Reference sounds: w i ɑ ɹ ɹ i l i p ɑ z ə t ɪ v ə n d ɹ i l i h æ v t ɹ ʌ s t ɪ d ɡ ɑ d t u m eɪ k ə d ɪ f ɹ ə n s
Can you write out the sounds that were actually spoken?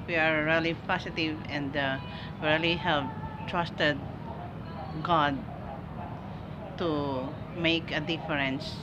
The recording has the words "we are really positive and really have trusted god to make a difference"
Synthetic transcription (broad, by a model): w i ɑ ɹ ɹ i l i p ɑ s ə t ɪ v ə n d ɹ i l i h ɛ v t ɹ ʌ s t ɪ d ɡ ɑ d t u m eɪ k ə d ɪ f ɹ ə n s